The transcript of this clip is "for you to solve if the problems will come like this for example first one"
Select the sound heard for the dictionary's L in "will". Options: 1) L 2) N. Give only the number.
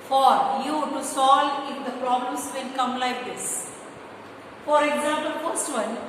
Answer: 2